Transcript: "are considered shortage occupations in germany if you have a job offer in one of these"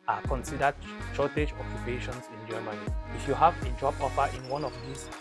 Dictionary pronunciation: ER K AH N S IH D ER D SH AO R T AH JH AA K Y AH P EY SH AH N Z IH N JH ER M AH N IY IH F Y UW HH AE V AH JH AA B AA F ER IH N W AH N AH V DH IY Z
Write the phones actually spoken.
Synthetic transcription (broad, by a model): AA K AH N S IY D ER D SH AO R T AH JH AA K Y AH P EY SH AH N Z IH N JH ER M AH N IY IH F Y UW HH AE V AH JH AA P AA P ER IH N W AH N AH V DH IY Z